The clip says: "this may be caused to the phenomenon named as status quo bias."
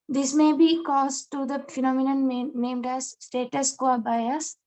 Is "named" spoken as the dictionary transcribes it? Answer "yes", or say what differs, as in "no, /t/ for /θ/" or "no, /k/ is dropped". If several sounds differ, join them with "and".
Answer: yes